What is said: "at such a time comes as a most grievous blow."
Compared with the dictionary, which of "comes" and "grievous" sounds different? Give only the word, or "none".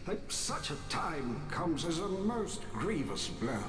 none